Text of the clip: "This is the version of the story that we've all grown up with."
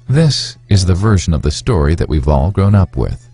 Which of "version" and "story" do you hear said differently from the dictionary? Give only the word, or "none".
none